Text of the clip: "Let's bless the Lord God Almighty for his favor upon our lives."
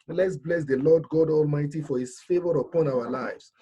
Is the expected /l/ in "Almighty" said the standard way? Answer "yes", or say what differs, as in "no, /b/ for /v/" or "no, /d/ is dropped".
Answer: yes